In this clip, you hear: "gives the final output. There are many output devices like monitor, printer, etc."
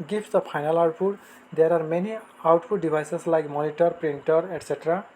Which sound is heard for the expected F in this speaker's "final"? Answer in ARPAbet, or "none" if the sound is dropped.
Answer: P